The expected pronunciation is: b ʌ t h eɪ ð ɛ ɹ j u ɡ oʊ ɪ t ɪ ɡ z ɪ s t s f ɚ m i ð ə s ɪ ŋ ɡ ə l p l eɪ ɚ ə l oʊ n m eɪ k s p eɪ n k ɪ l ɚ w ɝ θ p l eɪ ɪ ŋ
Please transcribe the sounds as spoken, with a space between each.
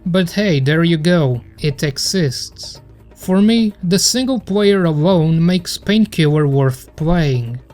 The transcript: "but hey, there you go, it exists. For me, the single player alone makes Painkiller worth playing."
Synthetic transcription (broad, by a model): b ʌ t h eɪ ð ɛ ɹ j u ɡ oʊ ɪ t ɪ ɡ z ɪ s t s f ɚ m i ð ə s ɪ ŋ ɡ ə l p l eɪ ɚ ə l oʊ n m eɪ k s p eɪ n k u ɚ w ɝ θ p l eɪ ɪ ŋ